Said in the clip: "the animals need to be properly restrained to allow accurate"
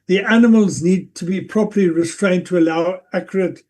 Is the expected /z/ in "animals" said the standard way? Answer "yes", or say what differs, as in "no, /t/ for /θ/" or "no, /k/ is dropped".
yes